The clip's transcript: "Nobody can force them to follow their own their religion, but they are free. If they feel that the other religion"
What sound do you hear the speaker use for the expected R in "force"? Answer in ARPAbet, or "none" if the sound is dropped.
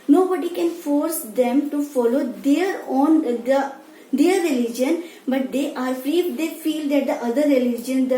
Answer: R